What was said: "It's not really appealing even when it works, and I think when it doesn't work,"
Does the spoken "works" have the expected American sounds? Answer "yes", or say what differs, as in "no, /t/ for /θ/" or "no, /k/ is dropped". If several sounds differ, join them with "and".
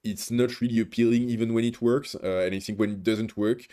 yes